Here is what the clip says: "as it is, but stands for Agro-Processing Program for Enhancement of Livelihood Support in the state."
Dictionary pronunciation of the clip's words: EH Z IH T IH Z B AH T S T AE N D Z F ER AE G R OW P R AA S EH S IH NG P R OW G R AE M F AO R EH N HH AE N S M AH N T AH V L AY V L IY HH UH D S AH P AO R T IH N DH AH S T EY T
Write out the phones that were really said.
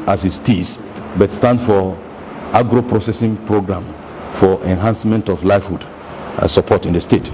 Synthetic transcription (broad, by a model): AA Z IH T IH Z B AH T S T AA N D F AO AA G R OW P R AA S EH S IH NG P R OW G R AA M F AO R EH N HH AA N S M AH N T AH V L AY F HH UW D S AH P AO T IH N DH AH S T EY T